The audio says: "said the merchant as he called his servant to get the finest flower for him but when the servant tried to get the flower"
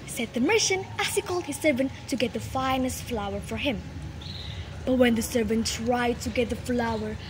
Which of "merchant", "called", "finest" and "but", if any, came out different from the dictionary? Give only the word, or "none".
merchant